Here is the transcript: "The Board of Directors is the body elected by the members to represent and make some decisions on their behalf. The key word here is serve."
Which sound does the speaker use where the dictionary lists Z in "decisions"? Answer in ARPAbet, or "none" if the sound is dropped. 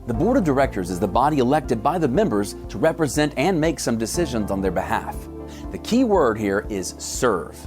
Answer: Z